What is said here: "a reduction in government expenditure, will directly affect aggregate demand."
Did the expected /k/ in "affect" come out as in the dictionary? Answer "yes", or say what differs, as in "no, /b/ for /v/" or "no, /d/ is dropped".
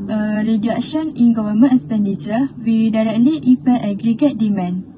no, /k/ is dropped